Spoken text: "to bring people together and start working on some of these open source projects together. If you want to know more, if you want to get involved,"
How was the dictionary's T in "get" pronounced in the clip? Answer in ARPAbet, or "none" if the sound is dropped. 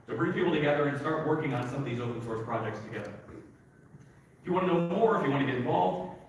none